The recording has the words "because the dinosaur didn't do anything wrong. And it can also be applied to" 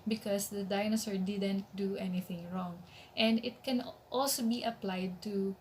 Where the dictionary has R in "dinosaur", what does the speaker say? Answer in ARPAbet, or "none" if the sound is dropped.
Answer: R